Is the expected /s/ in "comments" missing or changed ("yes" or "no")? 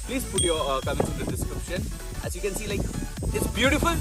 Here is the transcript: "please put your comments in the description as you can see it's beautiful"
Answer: yes